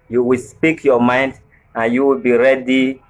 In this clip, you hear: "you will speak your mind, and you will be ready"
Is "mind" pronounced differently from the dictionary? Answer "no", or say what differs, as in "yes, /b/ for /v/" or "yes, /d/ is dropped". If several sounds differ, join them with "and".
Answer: no